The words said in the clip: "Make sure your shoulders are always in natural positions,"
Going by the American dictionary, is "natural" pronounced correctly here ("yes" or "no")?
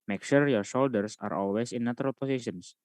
no